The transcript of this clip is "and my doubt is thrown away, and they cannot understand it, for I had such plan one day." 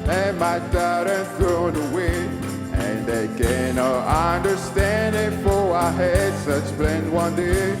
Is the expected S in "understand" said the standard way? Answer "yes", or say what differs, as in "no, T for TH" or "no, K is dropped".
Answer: yes